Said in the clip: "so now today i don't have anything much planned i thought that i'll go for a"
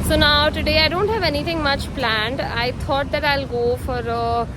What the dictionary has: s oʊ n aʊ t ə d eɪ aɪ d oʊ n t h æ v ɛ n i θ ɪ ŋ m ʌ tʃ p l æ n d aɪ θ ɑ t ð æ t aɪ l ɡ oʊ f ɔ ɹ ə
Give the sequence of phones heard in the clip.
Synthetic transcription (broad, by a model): s oʊ n aʊ t ə d eɪ aɪ d oʊ n t h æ v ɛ n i t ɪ ŋ m ʌ tʃ p l æ n d aɪ t ɑ t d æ t aɪ l ɡ oʊ f ɔ ɹ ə